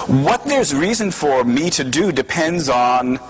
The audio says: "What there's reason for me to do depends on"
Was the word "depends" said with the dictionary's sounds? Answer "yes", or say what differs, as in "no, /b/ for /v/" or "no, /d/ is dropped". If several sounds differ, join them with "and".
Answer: yes